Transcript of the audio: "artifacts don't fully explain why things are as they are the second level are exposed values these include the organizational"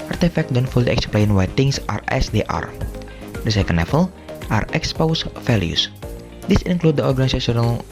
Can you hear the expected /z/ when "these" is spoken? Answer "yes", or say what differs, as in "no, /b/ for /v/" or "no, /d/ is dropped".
no, /s/ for /z/